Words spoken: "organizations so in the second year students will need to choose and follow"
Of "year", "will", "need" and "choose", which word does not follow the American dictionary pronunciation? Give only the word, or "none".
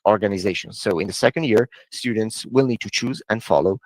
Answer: none